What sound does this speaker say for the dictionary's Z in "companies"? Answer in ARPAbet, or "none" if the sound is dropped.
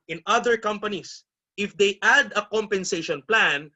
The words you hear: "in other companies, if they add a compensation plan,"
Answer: S